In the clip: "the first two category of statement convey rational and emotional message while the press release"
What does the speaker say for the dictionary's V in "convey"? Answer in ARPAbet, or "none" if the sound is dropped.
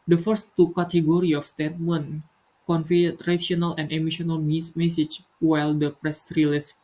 F